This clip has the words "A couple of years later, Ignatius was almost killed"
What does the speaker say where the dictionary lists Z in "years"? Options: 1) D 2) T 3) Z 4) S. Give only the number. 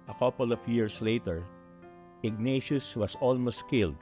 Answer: 4